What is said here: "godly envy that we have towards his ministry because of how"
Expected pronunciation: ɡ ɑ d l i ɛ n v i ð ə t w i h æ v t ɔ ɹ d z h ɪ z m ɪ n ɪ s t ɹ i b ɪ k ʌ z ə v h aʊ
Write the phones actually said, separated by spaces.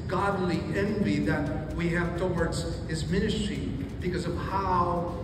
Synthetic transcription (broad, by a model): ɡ ɑ d l i ɛ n v i ð ə t w i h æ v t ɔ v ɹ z h ɪ z m ɪ n ɪ s t ɹ i b ɪ k ʌ z ə v h aʊ